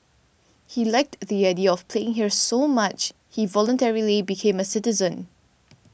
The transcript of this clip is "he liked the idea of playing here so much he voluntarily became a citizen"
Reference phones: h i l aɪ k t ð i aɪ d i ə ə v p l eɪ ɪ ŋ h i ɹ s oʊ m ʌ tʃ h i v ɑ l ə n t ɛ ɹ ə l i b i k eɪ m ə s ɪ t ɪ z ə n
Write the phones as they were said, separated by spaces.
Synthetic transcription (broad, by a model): h i l aɪ k t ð i aɪ d i ə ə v p l eɪ ɪ ŋ h i ɹ s oʊ m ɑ tʃ h i v ɑ l ə n t ɛ ɹ ə l i b i k eɪ m ə s ɪ t ɪ z ə n